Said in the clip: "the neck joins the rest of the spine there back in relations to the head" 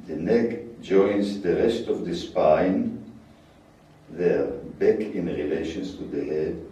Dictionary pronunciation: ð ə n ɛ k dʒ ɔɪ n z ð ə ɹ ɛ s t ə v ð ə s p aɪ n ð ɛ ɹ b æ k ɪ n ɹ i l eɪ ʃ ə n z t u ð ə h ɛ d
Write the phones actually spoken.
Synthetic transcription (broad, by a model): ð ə n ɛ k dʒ ɔɪ n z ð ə ɹ ɛ s t ə v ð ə s p aɪ n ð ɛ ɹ b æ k ɪ n ɹ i l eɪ ʃ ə n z t u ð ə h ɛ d